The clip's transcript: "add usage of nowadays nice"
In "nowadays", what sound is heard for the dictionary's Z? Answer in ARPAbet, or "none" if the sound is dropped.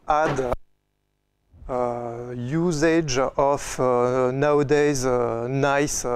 Z